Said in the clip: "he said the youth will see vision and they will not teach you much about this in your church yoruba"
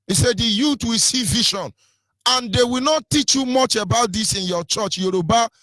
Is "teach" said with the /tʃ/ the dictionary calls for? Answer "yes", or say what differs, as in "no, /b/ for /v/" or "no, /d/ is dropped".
yes